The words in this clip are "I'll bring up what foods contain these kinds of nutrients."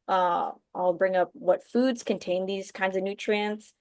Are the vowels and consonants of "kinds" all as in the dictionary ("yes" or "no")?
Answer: yes